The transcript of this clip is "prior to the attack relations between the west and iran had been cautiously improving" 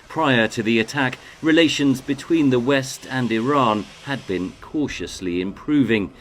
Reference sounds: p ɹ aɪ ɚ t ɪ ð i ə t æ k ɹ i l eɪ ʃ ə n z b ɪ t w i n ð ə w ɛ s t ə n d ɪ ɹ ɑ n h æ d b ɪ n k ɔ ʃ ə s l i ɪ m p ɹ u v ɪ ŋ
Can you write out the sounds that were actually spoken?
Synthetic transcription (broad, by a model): p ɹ aɪ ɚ t ɪ ð i ə t æ k ɹ i l eɪ ʃ ə n z b ɪ t w i n ð ə w ɛ s t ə n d ɪ ɹ ɑ n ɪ d b ɪ n k ɔ ʃ ə s l i ɪ m p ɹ u v ɪ ŋ